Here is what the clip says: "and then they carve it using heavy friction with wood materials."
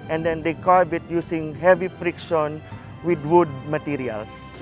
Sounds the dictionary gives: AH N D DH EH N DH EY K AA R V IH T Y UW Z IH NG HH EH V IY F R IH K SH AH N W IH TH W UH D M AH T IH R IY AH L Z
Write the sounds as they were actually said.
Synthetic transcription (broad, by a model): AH N D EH N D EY K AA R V IH T Y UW S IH NG HH EH V IY F R IH K SH AH N W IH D W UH D M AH T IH R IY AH L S